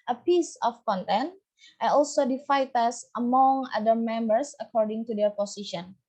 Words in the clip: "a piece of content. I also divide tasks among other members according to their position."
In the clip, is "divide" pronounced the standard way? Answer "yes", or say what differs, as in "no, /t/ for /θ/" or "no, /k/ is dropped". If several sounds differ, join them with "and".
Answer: no, /f/ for /v/